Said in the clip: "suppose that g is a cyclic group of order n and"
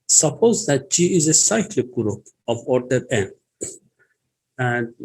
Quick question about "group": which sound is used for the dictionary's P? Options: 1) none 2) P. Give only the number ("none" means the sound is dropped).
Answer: 2